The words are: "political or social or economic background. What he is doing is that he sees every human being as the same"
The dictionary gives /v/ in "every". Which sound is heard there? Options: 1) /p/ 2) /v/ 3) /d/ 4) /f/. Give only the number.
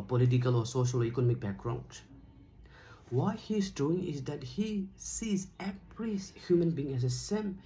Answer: 1